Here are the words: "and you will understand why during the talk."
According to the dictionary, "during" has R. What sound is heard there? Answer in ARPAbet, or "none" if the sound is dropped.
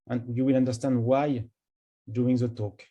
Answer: none